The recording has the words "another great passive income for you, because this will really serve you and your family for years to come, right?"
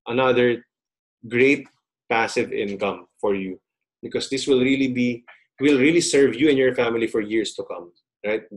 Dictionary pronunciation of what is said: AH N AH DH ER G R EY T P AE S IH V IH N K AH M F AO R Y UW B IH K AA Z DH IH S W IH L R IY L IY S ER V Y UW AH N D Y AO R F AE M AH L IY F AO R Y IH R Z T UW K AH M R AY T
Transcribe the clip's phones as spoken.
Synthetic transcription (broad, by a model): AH N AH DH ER G R EY T P AE S IH V IH N K AH M F AO R Y UW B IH K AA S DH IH S W IH L R IY L IY S ER V Y UW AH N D Y AO R F AE M AH L IY F AO R Y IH R S T UW K AH M R AY T